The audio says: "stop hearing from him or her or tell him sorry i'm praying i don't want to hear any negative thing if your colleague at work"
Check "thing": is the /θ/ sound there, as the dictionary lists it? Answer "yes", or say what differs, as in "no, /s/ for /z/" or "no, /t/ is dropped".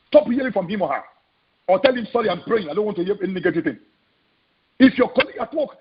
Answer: no, /t/ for /θ/